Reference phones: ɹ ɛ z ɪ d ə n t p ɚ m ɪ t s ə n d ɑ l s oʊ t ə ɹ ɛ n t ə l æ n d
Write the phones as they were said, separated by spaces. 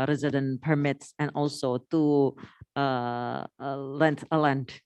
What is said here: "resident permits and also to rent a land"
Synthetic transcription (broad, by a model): ɹ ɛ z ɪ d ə n p ɚ m ɪ t s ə n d ɑ l s oʊ t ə l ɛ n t ə l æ n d